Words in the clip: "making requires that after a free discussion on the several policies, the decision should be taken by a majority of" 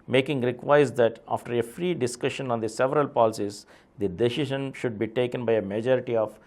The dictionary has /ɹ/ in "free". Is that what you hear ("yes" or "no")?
yes